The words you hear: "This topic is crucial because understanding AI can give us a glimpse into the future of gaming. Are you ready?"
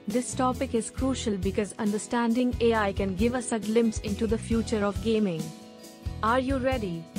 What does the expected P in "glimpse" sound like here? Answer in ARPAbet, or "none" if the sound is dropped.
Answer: P